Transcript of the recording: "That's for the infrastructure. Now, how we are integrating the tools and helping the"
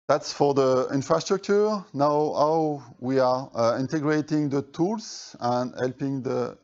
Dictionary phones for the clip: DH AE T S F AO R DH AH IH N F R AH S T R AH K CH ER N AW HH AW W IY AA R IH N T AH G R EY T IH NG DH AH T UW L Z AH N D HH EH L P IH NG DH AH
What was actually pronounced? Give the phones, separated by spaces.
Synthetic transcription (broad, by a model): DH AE T S F AO R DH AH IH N F R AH S T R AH K CH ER N AW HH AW W IY AA R IH N T AH G R EY T IH NG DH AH T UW L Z AH N D HH EH L P IH NG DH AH